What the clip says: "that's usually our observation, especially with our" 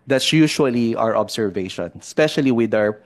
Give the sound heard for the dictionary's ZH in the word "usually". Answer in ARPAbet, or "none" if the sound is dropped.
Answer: SH